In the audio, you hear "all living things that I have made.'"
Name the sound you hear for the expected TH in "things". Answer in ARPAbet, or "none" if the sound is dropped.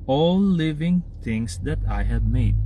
T